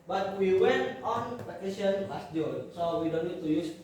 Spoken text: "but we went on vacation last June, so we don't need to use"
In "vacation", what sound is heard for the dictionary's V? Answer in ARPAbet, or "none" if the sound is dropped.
P